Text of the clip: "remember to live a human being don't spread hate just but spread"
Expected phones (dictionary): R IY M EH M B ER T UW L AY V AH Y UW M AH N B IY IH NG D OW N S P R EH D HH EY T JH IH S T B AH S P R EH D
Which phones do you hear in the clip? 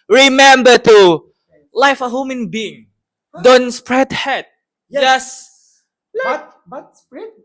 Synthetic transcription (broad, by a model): R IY M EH M B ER T UW L AY F AH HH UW M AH N B IY IH NG D OW N S P R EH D HH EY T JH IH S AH S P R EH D